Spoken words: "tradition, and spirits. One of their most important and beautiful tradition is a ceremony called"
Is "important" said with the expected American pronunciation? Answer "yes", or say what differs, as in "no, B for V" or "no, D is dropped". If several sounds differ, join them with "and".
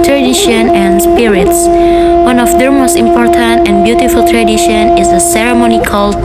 yes